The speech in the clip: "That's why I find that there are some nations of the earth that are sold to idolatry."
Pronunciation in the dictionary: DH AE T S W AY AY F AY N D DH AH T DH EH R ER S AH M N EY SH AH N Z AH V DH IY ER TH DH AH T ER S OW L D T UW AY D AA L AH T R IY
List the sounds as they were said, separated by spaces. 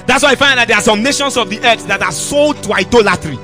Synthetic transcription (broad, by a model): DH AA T S W AY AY F AY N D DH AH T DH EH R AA S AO M N EY SH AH N S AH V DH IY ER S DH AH T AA S OW L D T UW AY D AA L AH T R IY